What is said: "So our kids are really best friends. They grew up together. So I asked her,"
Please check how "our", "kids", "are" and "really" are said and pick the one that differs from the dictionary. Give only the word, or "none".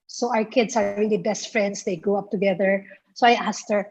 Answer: kids